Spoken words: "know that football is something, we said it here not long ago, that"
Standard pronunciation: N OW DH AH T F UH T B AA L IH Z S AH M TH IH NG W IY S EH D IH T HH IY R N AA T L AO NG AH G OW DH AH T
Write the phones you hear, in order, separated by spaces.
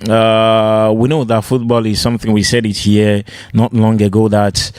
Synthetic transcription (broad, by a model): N OW DH AH T F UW T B AA L IH Z S AH M TH IH NG W IY S EH D IH T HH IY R N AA T L AO NG AH G OW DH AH T